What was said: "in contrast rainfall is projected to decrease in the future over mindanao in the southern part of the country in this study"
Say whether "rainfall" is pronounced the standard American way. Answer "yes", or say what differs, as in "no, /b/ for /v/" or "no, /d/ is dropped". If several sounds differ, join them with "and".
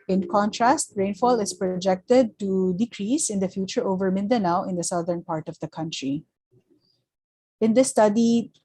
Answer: yes